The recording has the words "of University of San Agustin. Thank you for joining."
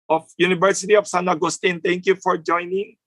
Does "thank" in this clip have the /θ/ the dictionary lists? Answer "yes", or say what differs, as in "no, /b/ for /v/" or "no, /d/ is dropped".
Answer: no, /t/ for /θ/